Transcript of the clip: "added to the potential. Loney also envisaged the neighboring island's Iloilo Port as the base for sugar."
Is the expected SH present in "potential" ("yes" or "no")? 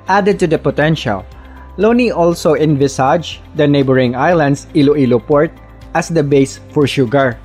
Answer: yes